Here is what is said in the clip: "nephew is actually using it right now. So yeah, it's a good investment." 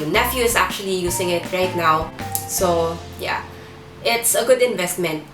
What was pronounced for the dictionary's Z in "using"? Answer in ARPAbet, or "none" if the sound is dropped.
S